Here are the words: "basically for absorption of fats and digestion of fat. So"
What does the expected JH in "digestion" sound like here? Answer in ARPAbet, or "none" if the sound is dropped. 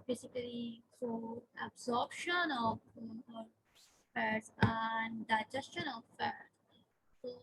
JH